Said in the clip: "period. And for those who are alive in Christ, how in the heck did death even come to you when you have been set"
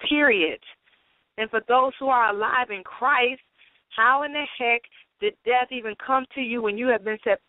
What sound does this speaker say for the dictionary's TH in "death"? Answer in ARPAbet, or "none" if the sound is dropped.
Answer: TH